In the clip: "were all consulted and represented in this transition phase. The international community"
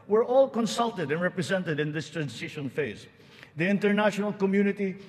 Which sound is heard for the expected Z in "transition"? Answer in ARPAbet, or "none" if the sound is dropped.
S